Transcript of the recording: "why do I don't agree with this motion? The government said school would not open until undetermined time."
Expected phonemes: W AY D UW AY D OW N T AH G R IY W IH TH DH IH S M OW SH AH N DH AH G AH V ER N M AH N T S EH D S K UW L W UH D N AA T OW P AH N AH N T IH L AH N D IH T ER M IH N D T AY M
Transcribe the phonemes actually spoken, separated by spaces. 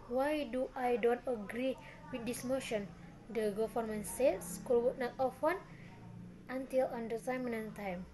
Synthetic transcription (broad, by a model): W AY D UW AY D OW N T AH G R IY W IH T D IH S M OW SH AH N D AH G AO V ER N M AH N S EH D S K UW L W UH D N AA T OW F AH N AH N T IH L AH N D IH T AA M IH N T AY M